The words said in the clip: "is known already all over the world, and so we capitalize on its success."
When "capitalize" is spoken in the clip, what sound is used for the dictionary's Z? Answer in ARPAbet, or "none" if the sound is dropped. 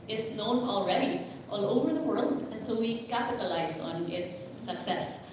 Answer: Z